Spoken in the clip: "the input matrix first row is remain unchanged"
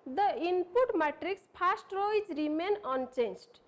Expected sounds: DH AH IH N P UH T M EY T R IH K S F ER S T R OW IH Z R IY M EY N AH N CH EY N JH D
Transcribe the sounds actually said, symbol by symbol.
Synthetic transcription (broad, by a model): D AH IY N P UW T M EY T R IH K S P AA S T R OW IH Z R IY M EY N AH N CH EY N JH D